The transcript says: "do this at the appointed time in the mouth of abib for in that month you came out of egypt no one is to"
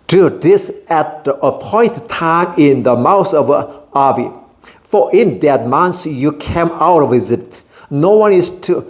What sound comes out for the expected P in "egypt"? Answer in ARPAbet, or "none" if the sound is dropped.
none